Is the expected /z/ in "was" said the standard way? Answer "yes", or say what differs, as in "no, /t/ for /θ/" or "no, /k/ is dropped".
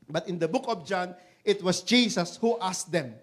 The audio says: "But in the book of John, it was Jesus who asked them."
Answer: no, /s/ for /z/